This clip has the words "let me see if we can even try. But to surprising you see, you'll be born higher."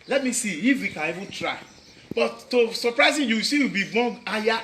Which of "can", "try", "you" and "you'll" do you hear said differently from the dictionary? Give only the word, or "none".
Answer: you'll